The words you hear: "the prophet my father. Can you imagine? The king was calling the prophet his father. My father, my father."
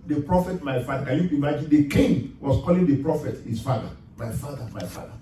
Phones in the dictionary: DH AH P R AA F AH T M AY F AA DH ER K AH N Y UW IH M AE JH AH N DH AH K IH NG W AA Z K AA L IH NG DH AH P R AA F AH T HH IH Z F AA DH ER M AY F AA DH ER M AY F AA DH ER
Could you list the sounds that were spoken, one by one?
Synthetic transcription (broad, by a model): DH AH P R AA F AH T M AY F AA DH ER K AH N Y UW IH M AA JH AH N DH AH K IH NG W AA S K AA L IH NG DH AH P R AA F AH T HH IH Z F AA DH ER M AY F AA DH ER M AY F AA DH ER